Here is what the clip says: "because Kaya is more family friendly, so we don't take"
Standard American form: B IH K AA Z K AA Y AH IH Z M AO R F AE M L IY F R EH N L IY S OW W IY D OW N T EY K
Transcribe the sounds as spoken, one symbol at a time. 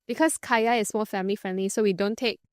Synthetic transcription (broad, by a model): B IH K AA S K AA Y AH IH S M AO L F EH M L IY F R EH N L IY S OW W IY D OW N T EY K